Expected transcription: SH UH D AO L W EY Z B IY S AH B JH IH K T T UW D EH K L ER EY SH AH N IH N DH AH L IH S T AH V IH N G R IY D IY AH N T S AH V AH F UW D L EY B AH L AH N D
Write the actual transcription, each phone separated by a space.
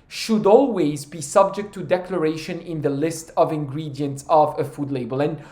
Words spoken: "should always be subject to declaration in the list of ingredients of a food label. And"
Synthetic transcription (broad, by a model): SH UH D AO L W EY Z B IY S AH B JH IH K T T UW D EH K L ER EY SH AH N IH N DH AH L IH S T AH V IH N G R IY D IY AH N T S AH V AH F UW D L EY B AH L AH N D